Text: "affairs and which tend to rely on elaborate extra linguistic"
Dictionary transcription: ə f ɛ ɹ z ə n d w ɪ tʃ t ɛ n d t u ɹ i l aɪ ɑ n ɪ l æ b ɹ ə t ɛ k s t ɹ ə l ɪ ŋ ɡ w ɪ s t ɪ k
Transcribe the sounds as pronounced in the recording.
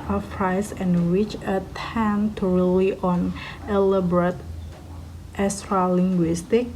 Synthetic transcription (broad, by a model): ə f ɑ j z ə n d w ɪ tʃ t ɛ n t u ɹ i l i ɑ n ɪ l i b ɹ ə t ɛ s t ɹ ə l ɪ ŋ ɡ w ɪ s t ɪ k